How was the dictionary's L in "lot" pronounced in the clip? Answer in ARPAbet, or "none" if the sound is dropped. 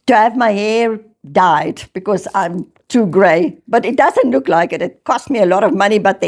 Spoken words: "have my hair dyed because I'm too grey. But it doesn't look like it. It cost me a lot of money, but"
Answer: L